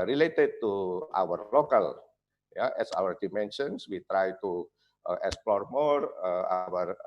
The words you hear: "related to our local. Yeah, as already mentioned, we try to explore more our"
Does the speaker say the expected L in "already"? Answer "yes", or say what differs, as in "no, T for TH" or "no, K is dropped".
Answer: no, W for L